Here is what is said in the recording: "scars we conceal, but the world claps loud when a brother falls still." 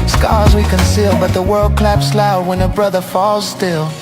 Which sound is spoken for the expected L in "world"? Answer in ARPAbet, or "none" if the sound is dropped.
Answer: L